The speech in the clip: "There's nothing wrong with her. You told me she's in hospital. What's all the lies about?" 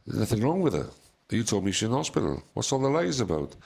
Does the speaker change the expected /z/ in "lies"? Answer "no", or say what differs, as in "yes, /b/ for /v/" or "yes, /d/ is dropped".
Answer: no